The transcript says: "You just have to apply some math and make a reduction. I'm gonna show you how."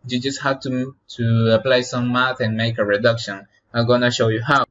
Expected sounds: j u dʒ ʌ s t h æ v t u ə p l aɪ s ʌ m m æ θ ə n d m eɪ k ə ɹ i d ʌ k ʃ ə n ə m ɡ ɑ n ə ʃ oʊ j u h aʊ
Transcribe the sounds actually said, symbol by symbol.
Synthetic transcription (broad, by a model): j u dʒ ʌ s t h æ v t u ə p l aɪ s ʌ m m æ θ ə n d m eɪ k ə ɹ i d ʌ k ʃ ə n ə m ɡ ɑ n ə ʃ oʊ j u h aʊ